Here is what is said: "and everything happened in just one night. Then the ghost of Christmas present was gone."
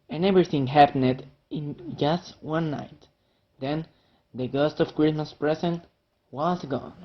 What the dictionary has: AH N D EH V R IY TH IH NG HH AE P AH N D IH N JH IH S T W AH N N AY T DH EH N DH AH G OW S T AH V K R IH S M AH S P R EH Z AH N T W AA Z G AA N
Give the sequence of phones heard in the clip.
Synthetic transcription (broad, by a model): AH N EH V R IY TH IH NG HH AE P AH N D IH N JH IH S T W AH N N AY T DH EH N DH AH G OW S T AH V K R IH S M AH S P R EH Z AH N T W AA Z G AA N